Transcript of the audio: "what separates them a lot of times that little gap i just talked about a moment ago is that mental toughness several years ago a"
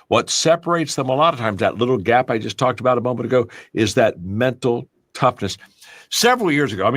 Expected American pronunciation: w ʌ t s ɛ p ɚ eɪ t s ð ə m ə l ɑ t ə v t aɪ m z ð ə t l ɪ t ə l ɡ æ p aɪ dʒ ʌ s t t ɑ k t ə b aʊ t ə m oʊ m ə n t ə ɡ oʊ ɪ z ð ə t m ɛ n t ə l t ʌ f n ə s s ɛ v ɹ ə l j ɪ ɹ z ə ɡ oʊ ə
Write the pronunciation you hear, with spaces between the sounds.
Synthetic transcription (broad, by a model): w ʌ t s ɛ p ɚ eɪ t s ð ə m ə l ɑ t ə v t aɪ m z ð ə t l ɪ t l ɡ æ p aɪ dʒ ʌ s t t ɑ k t ə b aʊ t ə m oʊ m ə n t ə ɡ oʊ ɪ z ð ə t m ɛ n t l t ʌ f n ə s s ɛ v ɹ l j ɪ ɹ z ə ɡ oʊ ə